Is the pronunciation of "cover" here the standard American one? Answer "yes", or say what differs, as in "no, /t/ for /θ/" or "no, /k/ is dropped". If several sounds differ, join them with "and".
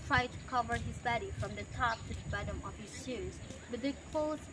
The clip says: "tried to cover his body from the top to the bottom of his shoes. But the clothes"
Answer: yes